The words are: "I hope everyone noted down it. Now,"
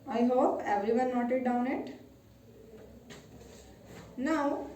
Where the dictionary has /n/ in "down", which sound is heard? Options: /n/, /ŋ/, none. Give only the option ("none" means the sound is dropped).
/n/